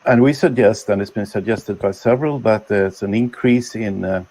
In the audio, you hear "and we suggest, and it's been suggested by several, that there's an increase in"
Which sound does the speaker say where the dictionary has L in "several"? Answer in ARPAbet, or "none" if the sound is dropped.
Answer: L